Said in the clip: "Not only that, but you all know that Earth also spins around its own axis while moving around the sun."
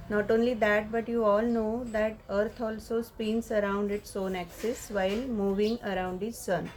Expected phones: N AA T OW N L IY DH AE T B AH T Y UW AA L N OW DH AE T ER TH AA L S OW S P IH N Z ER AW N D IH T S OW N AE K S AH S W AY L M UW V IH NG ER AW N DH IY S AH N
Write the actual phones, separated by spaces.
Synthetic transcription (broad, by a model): N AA T OW N L IY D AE T B AH T Y UW AA L N OW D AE T ER T AA L S OW S P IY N S ER AW N D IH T S OW N AE K S AH S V AY L M UW V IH NG ER AW N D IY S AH N